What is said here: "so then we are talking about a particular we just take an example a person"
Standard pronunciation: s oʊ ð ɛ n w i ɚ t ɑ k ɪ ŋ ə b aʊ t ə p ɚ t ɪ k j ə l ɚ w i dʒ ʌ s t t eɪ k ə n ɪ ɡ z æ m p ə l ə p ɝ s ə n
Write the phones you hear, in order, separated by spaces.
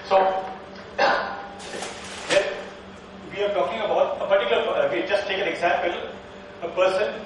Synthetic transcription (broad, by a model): s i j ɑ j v i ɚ t ɑ k ɪ ŋ ə b aʊ t ə p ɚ t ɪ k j l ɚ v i dʒ ʌ s t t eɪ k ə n ɪ ɡ z æ m p ə l ə p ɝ s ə n